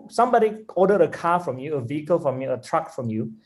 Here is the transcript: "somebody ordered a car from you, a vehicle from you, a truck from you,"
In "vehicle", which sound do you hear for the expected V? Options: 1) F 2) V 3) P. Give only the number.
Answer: 2